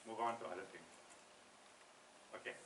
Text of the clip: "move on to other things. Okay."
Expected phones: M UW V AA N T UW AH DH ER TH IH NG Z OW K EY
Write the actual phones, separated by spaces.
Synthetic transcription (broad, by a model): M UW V AA N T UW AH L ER T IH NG OW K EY